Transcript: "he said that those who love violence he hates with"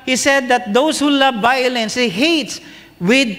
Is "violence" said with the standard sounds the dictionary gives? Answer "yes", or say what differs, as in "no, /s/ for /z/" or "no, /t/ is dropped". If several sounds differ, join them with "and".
yes